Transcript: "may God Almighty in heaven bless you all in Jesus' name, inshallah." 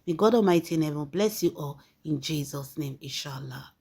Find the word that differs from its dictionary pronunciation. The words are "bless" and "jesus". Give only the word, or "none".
none